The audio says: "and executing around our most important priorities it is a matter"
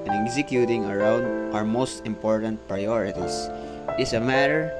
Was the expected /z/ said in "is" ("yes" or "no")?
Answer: no